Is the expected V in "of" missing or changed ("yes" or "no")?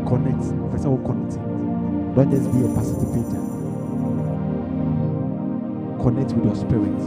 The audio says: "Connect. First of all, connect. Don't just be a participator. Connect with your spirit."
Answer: yes